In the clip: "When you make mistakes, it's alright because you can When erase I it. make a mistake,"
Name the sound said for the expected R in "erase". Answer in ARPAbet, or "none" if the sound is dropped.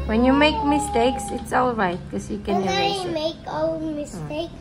none